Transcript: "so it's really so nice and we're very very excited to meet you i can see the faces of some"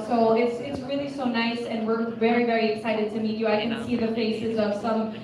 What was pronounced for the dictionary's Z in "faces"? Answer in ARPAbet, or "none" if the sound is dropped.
Z